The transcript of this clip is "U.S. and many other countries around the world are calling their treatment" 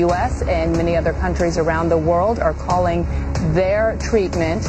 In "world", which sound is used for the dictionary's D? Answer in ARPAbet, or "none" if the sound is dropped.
D